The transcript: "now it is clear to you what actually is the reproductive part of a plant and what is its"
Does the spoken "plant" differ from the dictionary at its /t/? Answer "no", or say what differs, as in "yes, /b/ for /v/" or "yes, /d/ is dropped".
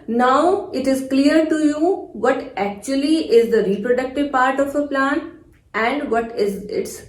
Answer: yes, /t/ is dropped